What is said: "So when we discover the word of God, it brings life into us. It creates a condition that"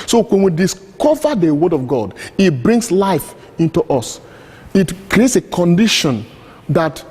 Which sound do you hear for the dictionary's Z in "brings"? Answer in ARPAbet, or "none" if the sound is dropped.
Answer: S